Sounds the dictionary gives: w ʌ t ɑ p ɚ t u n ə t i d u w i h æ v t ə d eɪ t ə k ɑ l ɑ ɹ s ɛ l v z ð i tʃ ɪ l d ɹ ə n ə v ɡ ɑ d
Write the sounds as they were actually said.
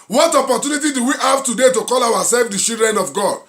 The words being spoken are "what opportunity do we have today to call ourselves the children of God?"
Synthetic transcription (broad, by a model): w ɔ t ɑ p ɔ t u n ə t i d u w i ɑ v t ə d eɪ t ə k ɑ l ɑ w s ɛ l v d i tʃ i l d ɹ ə n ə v ɡ ɑ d